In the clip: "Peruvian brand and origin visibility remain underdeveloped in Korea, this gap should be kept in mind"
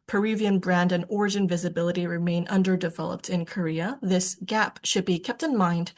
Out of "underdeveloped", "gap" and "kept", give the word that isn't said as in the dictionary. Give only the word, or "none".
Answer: none